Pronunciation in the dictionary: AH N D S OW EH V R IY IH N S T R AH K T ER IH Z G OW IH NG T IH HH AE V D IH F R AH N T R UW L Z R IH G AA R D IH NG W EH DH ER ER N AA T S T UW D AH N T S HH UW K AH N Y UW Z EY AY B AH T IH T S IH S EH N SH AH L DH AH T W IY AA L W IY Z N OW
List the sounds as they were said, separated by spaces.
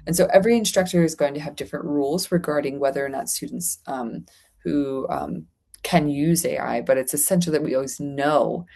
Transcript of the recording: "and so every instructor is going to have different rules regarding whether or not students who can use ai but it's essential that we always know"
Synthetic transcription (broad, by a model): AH N S OW EH V R IY IH N S T R AH K T ER IH Z G OW IH NG T IH V D IH F R AH N T R UW L Z R IH G AA R D IH NG W EH DH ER ER N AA T S T UW D N T S HH UW K AH N Y UW Z EY AY B AH T IH T S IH S EH N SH L DH AH T W IY AA L W IY Z N OW